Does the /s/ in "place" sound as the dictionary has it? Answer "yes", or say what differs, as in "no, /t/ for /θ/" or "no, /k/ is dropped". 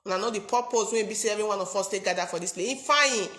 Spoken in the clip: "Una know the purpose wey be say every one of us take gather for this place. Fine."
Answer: no, /s/ is dropped